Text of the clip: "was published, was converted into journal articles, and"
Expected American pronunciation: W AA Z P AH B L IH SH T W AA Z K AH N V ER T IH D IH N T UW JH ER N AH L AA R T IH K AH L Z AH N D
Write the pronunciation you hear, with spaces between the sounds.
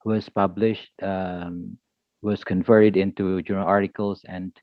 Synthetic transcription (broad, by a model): W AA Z P AH B L IH SH T W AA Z K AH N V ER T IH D IH N T UW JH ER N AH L AA R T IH K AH L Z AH N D